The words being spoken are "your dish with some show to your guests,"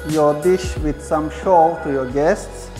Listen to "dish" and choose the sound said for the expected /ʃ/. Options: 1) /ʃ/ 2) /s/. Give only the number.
1